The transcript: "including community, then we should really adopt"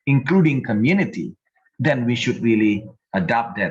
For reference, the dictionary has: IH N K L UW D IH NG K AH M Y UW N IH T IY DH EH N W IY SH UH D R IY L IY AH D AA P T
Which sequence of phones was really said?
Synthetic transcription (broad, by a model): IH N K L UW D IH NG K AH M Y UW N IH T IY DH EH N W IY SH UH D R IY L IY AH D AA P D